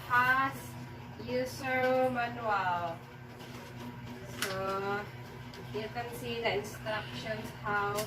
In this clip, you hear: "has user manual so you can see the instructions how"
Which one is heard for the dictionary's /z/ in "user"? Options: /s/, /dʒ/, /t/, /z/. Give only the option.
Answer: /s/